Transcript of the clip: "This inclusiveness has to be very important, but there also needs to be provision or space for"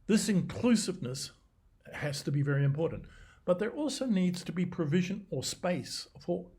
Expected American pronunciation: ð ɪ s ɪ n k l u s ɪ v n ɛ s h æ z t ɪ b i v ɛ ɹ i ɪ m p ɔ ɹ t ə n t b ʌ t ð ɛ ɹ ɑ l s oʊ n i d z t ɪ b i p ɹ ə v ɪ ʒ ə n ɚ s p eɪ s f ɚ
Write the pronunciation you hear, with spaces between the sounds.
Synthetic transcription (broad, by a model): ð ɪ s ɪ n k l u s ɪ v n ɛ s h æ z t ɪ b i v ɛ ɹ i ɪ m p ɔ ɹ t n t b ʌ t ð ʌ ɹ ɑ l s oʊ n i d z t ɪ b i p ɹ ə v ɪ ʒ ə n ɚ s p eɪ s f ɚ